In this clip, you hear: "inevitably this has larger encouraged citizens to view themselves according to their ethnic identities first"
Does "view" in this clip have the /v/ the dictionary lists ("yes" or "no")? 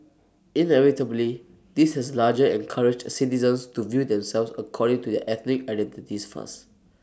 yes